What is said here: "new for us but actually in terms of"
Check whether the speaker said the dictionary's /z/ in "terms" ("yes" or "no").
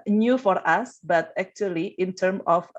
no